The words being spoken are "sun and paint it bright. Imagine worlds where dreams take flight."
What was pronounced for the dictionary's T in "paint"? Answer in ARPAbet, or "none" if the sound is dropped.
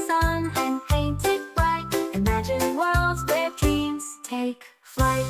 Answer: T